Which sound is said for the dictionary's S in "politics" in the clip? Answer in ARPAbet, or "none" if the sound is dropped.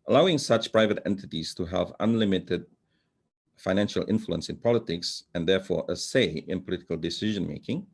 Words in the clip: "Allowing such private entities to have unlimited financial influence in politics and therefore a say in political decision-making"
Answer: S